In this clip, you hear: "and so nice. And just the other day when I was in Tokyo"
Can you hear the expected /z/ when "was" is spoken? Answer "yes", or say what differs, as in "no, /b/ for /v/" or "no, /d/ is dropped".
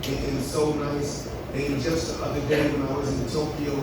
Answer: yes